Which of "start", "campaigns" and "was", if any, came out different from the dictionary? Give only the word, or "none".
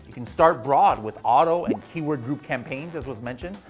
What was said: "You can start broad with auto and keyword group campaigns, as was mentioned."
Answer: none